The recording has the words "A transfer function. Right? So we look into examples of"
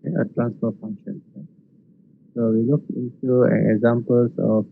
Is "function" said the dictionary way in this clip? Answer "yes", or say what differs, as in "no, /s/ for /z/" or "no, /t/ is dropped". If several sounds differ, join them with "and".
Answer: yes